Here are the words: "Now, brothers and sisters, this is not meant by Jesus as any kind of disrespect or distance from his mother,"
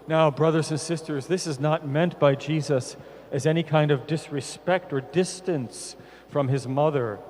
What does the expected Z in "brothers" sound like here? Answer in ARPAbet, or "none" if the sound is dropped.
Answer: Z